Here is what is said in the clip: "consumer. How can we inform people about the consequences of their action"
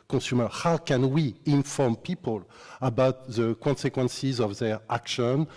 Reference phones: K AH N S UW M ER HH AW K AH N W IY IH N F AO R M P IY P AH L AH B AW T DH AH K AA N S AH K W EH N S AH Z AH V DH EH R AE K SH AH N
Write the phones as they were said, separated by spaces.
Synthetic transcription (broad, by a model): K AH S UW M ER HH AW K AH N W IY IH N F AO R M P IY P AH L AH B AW T DH AH K AA N S AH K W EH N S AH Z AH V DH EH R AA K SH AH N